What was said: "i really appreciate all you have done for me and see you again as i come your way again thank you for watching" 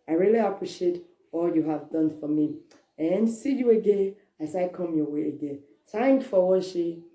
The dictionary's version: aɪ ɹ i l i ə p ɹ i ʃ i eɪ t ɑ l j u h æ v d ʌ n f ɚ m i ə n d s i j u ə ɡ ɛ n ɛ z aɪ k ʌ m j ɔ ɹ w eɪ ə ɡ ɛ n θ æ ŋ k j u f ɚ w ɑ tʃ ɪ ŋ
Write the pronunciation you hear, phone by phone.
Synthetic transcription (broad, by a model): aɪ ɹ i l i ə p ɹ i ʃ i eɪ t ɑ l j u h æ v d ʌ n f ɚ m i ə n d s i j u ə ɡ ɛ n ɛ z aɪ k ʌ m j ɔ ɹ w eɪ ə ɡ ɛ n t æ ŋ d f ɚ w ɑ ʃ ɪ